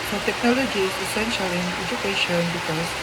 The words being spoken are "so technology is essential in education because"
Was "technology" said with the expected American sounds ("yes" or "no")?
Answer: yes